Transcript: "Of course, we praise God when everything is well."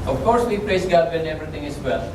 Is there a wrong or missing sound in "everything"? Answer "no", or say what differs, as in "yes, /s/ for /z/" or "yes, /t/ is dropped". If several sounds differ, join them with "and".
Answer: yes, /t/ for /θ/